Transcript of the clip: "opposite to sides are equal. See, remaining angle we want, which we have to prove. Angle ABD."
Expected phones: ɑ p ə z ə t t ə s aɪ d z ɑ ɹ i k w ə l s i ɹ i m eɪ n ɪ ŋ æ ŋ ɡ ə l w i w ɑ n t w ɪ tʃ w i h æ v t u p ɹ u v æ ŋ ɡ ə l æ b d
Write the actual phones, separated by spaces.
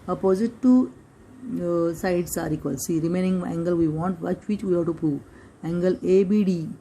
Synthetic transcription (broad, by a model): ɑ p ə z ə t t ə s aɪ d s ɑ ɹ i k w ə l s i ɹ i m eɪ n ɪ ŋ æ ŋ ɡ ə l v i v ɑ n t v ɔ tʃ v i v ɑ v t u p u æ ŋ ɡ ə l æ b d